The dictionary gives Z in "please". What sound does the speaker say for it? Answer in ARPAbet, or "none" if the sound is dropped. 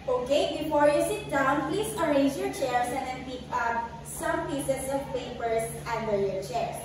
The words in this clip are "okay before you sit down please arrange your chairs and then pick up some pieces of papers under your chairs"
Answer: S